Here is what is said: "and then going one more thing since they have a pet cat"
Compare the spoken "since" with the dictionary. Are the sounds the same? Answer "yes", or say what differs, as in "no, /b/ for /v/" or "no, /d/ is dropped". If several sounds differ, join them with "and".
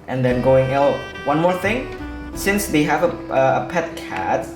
yes